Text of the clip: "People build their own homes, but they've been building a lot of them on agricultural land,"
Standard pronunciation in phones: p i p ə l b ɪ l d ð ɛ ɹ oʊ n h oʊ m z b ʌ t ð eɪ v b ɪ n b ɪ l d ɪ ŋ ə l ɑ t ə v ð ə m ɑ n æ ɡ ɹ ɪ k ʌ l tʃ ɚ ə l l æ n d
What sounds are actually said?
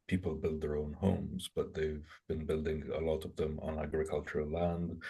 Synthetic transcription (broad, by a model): p i p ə l b ɪ l d ð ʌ ɹ oʊ n h oʊ m z b ʌ t ð eɪ v b ɪ n b ɪ l d ɪ ŋ ə l ɑ t ə v ð ə m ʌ n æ ɡ ɹ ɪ k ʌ l tʃ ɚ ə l l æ n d